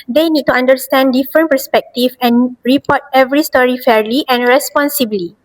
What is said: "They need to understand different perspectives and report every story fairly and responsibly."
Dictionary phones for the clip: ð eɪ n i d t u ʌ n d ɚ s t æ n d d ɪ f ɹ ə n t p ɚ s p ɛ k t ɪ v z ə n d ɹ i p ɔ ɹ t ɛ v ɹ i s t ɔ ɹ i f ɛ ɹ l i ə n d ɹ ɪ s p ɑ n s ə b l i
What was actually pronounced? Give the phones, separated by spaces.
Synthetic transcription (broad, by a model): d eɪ n i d t u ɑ n d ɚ s t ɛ n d d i f ɹ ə n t p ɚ s p ɛ k t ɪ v ə n ɹ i p ɔ t ɛ v ɹ i s t ɔ ɹ i f ɛ ɹ l i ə n ɹ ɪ s p ɑ n s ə b l i